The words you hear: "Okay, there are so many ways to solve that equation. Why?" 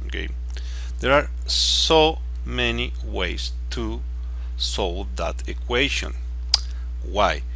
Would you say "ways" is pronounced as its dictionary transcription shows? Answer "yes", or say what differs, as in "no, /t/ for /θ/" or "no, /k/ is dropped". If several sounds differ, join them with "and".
no, /s/ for /z/